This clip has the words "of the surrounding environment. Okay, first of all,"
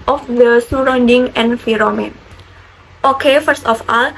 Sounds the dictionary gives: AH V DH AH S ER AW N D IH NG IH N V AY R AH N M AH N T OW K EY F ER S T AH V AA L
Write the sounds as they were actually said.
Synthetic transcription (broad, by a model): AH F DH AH S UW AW N D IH NG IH N F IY R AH M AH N T OW K EY F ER S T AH F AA L